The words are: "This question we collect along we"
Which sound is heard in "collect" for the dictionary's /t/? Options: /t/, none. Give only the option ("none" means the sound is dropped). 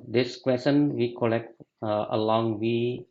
/t/